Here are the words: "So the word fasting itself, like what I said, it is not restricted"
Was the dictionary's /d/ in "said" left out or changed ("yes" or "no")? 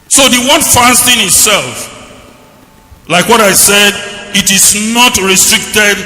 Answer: no